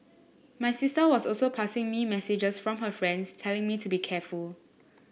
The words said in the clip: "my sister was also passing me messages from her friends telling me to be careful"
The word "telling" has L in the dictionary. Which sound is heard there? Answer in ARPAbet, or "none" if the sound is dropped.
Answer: L